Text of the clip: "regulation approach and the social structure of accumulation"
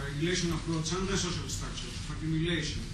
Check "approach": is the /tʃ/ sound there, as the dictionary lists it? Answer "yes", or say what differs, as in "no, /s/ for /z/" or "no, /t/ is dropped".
no, /s/ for /tʃ/